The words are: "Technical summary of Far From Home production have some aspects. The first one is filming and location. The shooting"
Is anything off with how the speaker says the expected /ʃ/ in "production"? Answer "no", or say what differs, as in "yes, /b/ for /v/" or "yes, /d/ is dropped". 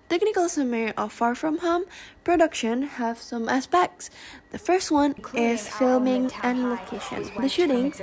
no